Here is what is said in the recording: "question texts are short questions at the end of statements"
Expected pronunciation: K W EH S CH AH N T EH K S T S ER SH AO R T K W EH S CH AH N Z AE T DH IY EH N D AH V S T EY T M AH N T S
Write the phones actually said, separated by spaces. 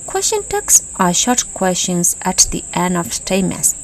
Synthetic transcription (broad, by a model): K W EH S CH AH N T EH K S S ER SH AO R T K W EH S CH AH N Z AE T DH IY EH N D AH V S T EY M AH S